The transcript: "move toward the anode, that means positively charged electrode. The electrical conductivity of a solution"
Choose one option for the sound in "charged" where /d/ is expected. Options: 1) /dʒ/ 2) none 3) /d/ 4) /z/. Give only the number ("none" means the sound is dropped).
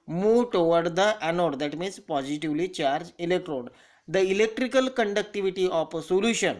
2